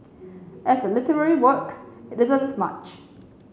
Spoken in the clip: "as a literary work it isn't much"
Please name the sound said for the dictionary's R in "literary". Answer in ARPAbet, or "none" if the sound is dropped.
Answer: R